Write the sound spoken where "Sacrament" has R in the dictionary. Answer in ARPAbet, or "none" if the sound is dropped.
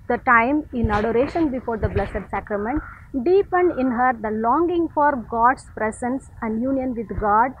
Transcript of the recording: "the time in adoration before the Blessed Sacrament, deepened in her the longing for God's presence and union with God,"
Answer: R